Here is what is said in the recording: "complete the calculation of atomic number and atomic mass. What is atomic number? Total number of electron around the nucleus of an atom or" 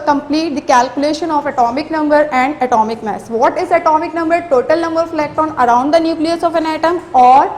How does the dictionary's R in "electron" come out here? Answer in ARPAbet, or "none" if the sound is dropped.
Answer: none